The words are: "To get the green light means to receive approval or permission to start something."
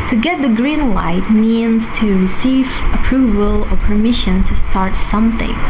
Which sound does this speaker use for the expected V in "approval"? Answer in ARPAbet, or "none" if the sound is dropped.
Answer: V